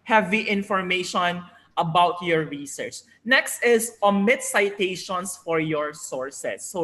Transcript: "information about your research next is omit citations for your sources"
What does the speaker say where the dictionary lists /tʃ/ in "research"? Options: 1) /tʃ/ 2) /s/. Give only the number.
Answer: 1